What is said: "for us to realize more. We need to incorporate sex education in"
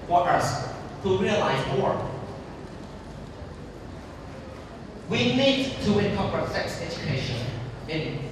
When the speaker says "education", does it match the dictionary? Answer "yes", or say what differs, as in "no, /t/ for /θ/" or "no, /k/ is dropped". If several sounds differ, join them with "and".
yes